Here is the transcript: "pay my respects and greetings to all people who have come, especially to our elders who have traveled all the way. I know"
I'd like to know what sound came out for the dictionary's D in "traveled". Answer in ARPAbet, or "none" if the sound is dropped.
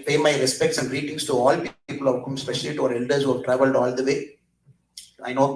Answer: D